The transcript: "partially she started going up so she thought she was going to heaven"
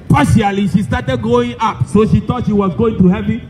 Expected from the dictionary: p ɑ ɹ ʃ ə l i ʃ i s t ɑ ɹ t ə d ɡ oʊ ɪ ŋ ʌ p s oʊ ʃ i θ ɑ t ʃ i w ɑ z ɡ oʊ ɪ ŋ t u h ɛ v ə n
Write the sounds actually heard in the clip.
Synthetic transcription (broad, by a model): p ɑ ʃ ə l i ʃ i s t ɑ t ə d ɡ oʊ ɪ ŋ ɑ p s oʊ ʃ i t ɑ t ʃ i w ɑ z ɡ oʊ ɪ ŋ t u h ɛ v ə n